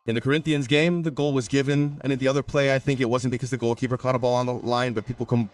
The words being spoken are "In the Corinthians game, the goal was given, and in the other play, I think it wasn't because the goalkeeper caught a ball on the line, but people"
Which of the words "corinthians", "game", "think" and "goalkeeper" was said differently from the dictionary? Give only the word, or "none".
none